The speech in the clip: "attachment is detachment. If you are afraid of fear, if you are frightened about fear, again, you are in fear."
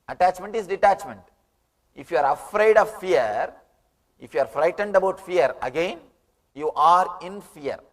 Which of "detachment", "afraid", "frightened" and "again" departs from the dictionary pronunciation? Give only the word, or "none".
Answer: none